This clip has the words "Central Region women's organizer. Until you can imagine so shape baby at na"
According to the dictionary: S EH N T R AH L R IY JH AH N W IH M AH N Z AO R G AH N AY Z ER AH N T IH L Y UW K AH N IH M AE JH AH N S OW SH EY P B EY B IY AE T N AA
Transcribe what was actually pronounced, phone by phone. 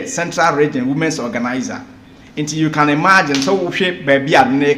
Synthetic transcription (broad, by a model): S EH N T R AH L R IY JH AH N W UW M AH N S AO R G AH N AY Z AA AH N T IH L Y UW K AH N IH M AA JH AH N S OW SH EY B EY B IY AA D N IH